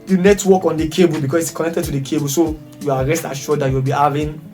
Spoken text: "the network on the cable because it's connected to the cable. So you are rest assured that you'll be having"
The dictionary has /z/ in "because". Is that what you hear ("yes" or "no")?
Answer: no